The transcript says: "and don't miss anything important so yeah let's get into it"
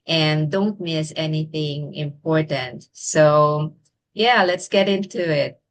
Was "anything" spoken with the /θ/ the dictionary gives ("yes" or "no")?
yes